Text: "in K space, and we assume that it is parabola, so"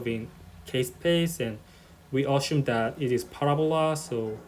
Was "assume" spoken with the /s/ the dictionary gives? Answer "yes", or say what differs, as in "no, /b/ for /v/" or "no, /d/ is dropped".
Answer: no, /ʃ/ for /s/